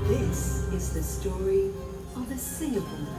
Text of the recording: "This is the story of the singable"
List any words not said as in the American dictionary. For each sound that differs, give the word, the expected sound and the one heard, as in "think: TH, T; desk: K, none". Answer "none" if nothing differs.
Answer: none